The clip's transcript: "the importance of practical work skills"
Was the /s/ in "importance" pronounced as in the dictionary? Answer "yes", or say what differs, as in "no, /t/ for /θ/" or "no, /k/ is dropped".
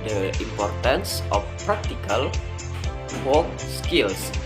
yes